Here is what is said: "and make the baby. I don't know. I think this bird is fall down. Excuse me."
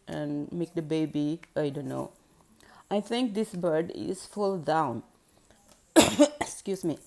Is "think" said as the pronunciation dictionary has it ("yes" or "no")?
no